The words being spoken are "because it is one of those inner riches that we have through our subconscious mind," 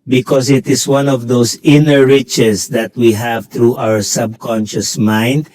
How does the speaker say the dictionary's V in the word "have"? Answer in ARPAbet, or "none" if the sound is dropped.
V